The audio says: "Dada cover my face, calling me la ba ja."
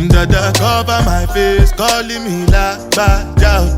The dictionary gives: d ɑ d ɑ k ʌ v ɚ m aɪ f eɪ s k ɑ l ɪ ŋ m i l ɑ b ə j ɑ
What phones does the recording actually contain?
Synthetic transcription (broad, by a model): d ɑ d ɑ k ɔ b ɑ m aɪ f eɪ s k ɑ l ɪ m i l ɑ b ə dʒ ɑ